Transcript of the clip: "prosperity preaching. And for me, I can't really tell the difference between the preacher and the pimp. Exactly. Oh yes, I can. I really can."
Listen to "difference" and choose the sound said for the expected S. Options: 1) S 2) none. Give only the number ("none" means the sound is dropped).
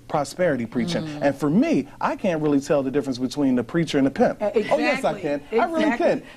1